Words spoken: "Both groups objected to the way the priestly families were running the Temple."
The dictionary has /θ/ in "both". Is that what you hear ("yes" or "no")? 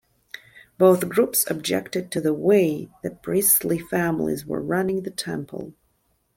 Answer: yes